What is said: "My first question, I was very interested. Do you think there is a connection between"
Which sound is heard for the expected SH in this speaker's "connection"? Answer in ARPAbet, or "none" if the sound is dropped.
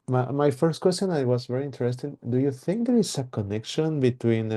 SH